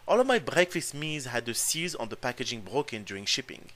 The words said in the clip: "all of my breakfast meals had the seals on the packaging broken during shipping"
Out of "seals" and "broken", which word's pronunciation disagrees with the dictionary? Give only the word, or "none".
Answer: seals